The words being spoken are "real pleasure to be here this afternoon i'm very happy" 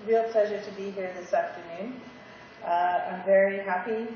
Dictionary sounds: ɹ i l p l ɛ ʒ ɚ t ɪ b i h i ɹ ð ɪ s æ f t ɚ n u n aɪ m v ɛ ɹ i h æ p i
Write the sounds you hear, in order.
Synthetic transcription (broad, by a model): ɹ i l p l ɛ ʒ ɚ t ɪ b i h i ɹ ð ɪ s æ f t ɚ n u n aɪ m v ɛ ɹ i h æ p i